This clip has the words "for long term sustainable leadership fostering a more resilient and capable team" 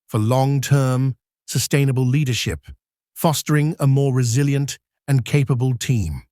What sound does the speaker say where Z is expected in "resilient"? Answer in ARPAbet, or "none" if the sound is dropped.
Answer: Z